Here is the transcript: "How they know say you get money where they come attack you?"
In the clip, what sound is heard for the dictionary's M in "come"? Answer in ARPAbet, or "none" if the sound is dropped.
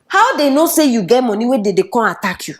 none